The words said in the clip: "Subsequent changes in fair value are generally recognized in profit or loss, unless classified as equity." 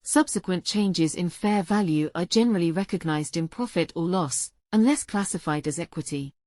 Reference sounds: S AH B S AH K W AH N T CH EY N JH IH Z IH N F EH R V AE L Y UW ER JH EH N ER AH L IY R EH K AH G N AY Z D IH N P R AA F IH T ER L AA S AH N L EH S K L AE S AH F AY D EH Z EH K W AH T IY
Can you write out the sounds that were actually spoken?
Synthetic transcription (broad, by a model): S AH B S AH K W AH N CH EY N JH IH Z IH N F EH V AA L Y UW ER JH EH N ER AH L IY R EH K AH G N AY Z D IH N P R AA F IH T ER L AA S AH N L EH S K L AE S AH F AY D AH Z EH K W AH T IY